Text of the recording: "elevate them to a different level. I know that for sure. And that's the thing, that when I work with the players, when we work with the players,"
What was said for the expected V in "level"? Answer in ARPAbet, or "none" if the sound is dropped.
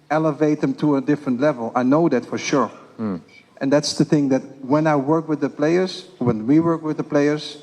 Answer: V